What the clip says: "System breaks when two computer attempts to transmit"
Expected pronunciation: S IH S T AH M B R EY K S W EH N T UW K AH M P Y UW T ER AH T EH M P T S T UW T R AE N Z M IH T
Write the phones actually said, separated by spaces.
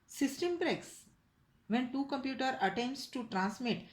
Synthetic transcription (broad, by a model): S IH S T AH M B R EY K S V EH N T UW K AH M P Y UW T ER AH T EH M P T S T UW T R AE N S M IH T